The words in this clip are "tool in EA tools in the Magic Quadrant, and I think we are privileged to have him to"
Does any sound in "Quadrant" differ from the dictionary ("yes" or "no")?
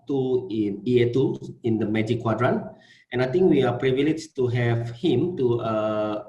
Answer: no